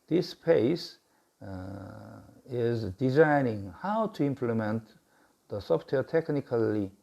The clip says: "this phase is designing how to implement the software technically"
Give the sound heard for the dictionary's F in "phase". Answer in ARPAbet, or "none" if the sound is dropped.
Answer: P